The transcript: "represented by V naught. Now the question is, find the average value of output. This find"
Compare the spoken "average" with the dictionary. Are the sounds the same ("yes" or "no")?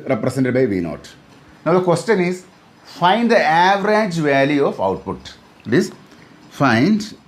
yes